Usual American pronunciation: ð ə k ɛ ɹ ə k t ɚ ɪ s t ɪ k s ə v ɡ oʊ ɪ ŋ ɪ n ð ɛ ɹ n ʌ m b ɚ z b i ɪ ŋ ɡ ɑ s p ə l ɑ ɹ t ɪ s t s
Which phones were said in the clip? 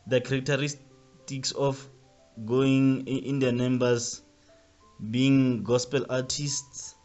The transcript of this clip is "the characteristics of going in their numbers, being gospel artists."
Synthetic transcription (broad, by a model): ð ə k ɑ ɹ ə k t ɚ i s t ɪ k s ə f ɡ oʊ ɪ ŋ ɪ n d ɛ n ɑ m b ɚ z b i ɪ ŋ ɡ ɑ s p ə l ɑ t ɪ s t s